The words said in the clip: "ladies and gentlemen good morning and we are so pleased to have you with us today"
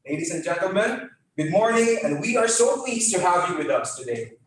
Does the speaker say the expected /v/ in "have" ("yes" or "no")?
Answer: yes